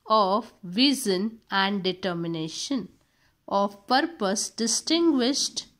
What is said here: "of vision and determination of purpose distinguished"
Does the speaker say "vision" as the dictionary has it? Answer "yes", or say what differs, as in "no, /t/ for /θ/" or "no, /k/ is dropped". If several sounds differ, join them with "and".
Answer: no, /z/ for /ʒ/